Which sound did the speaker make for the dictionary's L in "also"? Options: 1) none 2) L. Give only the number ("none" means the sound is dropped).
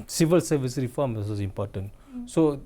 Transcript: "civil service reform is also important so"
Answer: 1